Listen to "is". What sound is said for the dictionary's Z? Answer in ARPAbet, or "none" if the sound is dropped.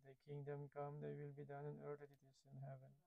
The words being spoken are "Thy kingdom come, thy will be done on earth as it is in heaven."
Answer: S